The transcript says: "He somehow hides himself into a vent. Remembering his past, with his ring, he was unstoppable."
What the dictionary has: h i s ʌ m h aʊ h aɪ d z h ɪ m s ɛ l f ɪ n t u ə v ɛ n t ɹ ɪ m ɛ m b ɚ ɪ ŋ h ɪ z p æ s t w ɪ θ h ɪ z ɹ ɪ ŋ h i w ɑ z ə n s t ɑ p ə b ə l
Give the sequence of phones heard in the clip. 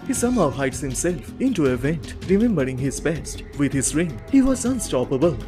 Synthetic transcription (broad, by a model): h i s ʌ m h aʊ h aɪ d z h ɪ m s ɛ l f ɪ n t u ə v ɛ n t ɹ ɪ m ɛ m b ɚ ɪ ŋ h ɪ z b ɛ s t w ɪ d h ɪ z ɹ ɪ ŋ h i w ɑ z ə n s t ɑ p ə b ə l